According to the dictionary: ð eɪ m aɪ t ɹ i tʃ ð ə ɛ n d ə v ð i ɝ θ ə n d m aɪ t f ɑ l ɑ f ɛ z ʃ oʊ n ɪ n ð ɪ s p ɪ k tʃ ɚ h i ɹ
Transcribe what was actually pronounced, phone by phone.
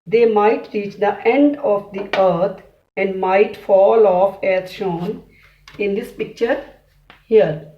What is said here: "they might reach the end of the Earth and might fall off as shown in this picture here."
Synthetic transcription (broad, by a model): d eɪ m aɪ t ɹ i tʃ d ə ɛ n d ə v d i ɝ t ə n d m aɪ t f ɑ l ɑ f ɛ z ʃ oʊ n ɪ n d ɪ s p ɪ k tʃ ɚ h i ɹ